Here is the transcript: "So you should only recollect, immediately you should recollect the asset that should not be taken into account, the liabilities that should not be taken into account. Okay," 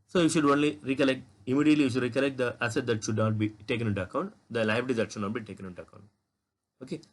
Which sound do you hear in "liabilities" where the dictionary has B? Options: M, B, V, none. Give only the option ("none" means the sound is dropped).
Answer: none